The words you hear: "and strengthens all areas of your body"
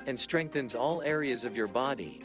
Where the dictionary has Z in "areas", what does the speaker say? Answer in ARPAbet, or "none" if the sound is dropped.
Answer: Z